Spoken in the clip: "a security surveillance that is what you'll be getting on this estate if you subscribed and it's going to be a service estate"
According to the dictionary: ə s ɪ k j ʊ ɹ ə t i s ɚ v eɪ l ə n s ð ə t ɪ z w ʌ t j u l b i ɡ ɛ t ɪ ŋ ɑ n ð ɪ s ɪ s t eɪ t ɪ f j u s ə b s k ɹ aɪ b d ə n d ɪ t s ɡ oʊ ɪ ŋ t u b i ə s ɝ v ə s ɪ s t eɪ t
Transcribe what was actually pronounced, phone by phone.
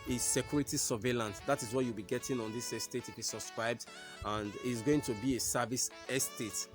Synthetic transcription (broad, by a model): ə s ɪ k j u ɹ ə t i s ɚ v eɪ l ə n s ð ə t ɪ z w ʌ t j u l b i ɡ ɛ t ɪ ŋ ɑ n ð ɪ s ɪ s t eɪ t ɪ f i s ə b s k ɹ aɪ b d ə n d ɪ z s ɡ oʊ ɪ ŋ t u b i ə s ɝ v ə s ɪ s t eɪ t